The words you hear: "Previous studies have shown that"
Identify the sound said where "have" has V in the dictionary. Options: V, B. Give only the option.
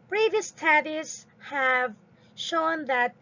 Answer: V